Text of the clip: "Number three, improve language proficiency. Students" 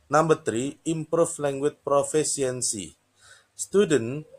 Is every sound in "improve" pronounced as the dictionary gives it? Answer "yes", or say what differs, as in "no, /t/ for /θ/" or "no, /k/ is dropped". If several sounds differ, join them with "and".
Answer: no, /f/ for /v/